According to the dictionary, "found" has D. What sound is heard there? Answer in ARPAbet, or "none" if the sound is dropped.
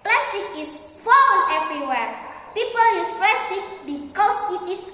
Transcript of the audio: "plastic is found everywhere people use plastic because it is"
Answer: none